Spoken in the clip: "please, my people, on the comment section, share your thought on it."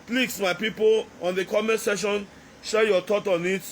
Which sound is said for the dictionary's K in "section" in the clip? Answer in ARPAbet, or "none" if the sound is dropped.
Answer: none